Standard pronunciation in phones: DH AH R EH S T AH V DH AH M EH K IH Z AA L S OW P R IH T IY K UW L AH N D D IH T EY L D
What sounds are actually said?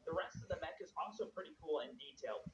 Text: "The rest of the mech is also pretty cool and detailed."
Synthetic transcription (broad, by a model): DH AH R EH S T AH V DH AH M EH K IH Z AA L S OW P R IH T IY K UW L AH N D D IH T EY L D